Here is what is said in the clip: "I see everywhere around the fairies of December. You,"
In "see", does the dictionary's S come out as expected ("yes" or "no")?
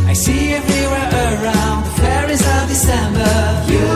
yes